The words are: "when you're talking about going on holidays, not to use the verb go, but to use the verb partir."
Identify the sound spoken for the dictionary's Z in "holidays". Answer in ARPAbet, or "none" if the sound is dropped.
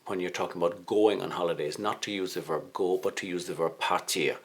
Z